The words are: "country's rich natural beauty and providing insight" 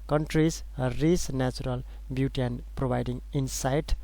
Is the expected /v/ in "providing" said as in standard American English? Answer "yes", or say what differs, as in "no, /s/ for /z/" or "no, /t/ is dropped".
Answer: no, /b/ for /v/